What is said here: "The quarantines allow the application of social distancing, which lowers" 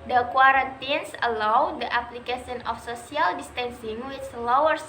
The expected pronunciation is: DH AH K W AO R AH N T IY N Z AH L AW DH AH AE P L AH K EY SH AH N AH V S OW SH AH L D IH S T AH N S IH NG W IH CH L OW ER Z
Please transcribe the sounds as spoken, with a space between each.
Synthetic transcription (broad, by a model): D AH K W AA R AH N T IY N S AH L AW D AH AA P L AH K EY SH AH N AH F S OW S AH L D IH S T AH N S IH NG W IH S L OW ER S